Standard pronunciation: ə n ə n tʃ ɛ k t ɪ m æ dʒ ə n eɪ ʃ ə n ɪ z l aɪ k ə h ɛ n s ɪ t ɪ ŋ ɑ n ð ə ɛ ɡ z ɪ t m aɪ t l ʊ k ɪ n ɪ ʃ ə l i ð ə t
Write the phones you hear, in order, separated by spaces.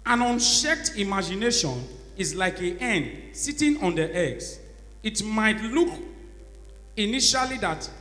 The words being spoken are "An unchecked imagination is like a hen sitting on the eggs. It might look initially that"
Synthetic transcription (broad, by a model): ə n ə n ʃ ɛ k t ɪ m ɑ dʒ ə n eɪ ʃ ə n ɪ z l aɪ k ə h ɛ n s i t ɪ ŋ ɑ n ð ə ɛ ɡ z ɪ t m aɪ t l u k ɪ n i ʃ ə l i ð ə t